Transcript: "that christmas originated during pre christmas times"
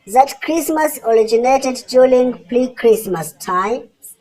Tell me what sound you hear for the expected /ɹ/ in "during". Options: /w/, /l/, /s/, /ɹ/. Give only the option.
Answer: /l/